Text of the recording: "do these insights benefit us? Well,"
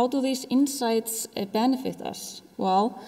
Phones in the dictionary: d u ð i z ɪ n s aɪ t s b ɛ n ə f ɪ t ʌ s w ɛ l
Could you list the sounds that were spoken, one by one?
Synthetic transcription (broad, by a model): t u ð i s ɪ n s aɪ t s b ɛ n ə f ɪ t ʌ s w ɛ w